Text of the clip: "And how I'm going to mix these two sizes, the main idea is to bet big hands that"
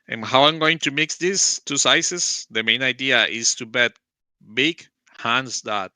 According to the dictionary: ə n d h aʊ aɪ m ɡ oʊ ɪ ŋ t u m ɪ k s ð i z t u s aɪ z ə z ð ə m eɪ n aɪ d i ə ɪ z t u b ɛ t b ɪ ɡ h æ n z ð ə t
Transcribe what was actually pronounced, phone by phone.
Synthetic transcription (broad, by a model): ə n h aʊ aɪ m ɡ oʊ ɪ ŋ t u m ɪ k s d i s t u s aɪ s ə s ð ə m eɪ n aɪ d i ə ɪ s t u b ɛ t b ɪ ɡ h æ n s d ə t